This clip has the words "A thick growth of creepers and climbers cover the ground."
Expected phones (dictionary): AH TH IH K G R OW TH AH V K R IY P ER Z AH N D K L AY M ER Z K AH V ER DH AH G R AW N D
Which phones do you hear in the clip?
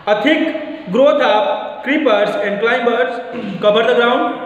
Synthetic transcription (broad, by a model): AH T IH K G R OW T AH P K R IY P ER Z AH N D K L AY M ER S K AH B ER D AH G R AW N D